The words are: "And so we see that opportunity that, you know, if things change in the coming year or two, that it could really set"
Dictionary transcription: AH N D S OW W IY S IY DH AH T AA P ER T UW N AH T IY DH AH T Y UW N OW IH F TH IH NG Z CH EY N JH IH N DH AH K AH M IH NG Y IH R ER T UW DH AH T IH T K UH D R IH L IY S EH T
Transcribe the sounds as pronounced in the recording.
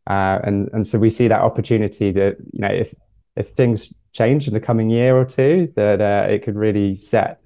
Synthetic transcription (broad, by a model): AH N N S OW W IY S IY DH AH T AA P ER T UW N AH T IY DH AH T Y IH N OW IH F TH IH NG Z CH EY N JH IH N DH AH K AH M IH NG Y IH R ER T UW DH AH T IH T K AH D R IH L IY S EH T